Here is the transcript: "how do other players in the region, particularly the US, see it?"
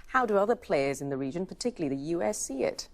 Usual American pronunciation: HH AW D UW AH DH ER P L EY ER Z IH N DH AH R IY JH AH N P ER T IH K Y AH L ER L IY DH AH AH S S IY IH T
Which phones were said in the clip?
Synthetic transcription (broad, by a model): HH AW D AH AH DH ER P L EY ER Z IH N DH AH R IY JH AH N P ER T IH K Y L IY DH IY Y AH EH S S IY IH T